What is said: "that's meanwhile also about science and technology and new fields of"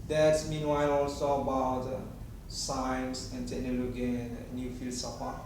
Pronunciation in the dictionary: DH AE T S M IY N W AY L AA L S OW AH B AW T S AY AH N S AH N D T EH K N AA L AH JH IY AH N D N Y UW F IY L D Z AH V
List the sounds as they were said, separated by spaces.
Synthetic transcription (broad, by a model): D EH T S M IY N W AY L AA L S OW AH B AW T S AY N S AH N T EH N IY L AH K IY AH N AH N Y UW F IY L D S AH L